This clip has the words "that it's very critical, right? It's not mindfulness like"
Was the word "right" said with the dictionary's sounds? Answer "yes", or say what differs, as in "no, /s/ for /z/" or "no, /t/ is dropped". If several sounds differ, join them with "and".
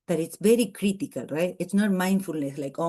yes